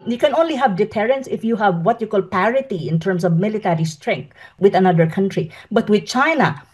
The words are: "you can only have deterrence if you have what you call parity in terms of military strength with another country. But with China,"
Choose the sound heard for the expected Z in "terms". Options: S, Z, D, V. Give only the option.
S